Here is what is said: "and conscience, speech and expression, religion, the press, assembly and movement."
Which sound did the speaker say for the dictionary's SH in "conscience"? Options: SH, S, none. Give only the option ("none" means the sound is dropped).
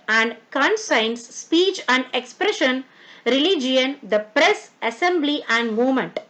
S